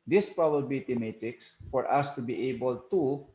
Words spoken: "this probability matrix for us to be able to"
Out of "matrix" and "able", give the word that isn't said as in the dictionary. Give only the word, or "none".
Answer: matrix